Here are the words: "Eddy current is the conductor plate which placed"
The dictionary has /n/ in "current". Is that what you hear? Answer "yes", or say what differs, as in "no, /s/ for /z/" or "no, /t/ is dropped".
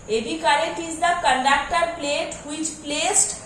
no, /n/ is dropped